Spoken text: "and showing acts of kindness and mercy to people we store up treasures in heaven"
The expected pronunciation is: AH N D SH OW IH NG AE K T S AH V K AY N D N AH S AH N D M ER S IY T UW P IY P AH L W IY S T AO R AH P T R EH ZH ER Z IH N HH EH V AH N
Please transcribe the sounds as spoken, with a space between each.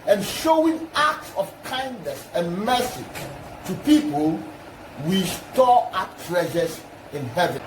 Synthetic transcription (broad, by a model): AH N SH OW IH NG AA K T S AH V K AY N D N AH S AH N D M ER S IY T UW P IY P AH L W IY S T AO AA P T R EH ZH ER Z IH N HH EH V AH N